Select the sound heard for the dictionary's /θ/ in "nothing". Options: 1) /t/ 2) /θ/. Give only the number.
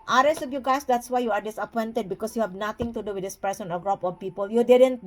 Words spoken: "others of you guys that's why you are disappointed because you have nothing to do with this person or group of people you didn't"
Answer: 1